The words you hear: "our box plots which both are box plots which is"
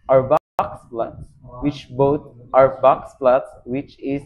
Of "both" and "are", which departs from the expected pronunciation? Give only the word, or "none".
both